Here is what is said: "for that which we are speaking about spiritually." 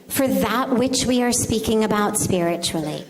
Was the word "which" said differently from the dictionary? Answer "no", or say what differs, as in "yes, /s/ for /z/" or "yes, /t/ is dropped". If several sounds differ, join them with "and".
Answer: no